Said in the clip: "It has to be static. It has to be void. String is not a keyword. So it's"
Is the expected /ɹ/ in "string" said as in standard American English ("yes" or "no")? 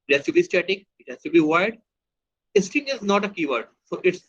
no